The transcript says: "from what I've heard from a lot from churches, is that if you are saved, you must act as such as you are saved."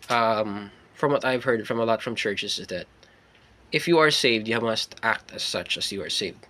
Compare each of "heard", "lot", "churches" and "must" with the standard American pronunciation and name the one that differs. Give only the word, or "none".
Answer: churches